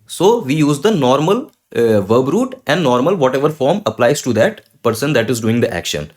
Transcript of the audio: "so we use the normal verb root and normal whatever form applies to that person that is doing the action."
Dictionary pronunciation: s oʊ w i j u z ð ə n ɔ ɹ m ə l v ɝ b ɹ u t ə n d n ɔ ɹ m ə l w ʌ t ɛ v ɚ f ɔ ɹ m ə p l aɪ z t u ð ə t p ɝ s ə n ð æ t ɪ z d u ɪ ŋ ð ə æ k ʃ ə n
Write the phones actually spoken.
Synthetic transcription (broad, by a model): s oʊ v i j u z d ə n ɔ ɹ m ə l v ɝ b ɹ u t ə n d n ɔ ɹ m ə l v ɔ t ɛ v ɚ f ɔ ɹ m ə p l aɪ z t u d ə t p ɝ s ə n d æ t ɪ z d u ɪ ŋ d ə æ k ʃ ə n